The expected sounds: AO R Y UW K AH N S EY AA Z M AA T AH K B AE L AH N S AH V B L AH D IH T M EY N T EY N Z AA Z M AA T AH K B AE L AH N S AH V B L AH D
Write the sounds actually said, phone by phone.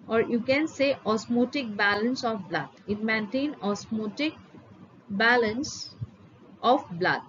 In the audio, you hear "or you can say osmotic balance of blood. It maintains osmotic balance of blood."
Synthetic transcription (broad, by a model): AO R Y UW K AH N S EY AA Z M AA T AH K B AE L AH N S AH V B L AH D IH T M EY N T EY N AA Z M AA T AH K B AE L AH N S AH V B L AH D